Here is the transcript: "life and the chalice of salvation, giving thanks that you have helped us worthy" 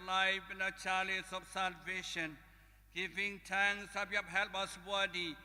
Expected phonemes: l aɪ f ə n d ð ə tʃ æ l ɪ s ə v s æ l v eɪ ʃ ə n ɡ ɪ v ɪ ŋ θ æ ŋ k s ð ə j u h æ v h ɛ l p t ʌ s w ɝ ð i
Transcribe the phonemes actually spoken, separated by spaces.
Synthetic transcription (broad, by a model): l aɪ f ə n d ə tʃ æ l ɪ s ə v s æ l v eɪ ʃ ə n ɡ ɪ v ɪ ŋ t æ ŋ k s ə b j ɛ p h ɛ l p ʌ s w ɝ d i